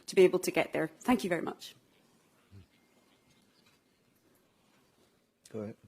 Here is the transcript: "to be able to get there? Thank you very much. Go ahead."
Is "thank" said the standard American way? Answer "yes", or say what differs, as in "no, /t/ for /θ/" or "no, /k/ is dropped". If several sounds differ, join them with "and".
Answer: yes